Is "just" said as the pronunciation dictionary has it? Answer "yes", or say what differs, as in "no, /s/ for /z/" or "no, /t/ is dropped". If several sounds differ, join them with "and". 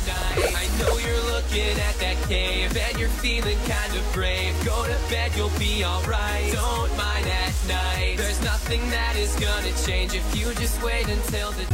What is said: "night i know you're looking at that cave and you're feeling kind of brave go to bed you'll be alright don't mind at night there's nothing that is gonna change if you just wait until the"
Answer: yes